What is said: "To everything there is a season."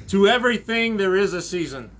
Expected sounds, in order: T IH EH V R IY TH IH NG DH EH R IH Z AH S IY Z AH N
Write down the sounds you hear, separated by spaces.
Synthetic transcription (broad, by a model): T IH EH V R IY TH IH NG DH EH R IH Z AH S IY Z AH N